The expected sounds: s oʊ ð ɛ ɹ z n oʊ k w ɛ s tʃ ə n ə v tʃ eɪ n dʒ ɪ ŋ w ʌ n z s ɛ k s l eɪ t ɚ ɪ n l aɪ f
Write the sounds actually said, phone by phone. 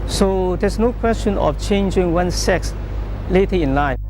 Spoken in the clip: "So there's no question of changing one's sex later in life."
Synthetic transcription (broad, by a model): s oʊ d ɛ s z n oʊ k w ɛ s tʃ ə n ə f tʃ eɪ n dʒ ɪ ŋ w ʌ n s ɛ k s l eɪ t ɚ ɪ n l aɪ